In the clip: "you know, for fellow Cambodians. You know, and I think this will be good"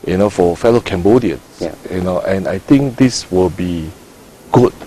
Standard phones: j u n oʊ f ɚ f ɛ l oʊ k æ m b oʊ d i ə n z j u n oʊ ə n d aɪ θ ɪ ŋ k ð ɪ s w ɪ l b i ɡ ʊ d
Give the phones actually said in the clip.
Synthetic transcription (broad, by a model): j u n oʊ f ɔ f ɛ l oʊ k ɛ m b oʊ d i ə n s j u n oʊ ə n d aɪ t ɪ ŋ k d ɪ s w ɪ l b i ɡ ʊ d